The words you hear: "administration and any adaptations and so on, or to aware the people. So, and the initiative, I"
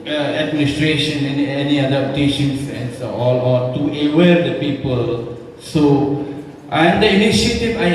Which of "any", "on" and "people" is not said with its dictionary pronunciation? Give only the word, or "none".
on